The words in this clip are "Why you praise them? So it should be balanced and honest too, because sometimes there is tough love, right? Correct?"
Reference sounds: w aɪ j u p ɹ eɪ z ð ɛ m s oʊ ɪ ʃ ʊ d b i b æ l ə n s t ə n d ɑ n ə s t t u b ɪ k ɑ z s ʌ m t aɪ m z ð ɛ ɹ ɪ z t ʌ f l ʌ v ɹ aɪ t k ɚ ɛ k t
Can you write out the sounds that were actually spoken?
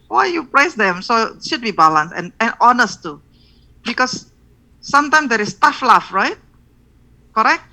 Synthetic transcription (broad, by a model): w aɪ j u p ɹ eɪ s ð ɛ m s oʊ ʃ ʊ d b i b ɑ l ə n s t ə n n ɑ n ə s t t u b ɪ k ɑ s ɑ m t aɪ m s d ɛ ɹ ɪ s t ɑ f l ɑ f ɹ aɪ t k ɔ ɛ k t